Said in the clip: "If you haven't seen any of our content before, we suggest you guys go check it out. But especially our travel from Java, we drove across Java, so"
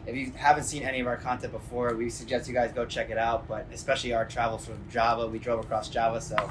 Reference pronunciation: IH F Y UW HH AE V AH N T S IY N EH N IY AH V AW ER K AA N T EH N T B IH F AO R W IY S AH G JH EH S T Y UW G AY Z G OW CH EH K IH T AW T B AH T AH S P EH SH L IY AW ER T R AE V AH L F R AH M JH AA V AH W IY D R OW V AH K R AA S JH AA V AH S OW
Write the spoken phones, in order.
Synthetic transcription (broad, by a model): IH F Y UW HH AE V AH N T S IY N EH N IY AH V AW ER K AA N T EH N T B IH F AO R W IY S AH G JH EH S T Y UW G AY Z G OW CH EH K IH T AW T B AH T AH S P EH SH L IY AW ER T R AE V L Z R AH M JH AA V AH W IY D R OW V AH K R AA S JH AA V AH S OW